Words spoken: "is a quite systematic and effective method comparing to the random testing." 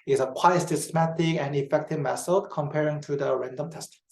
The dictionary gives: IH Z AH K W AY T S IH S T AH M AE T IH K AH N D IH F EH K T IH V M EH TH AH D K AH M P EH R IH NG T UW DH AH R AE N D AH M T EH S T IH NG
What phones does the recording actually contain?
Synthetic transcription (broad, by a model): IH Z AH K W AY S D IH S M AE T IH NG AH N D IH F EH K T IH V M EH S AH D K AH M P EH R IH NG T UW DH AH R AE N D AH M T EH S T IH